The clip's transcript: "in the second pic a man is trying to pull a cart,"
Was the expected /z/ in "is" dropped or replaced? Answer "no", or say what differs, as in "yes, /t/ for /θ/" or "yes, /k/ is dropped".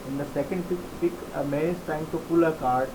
yes, /s/ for /z/